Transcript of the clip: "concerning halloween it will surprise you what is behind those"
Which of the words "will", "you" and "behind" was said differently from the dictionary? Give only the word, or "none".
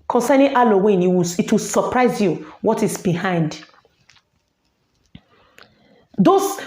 will